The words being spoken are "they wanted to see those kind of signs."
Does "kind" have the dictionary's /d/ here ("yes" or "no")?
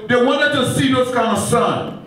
no